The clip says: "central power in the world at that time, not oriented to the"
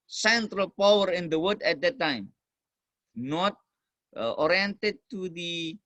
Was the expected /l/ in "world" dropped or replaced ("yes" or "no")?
yes